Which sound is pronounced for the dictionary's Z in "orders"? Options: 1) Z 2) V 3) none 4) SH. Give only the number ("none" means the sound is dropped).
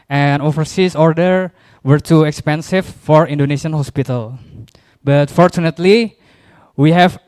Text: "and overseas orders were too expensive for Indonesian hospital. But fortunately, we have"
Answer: 3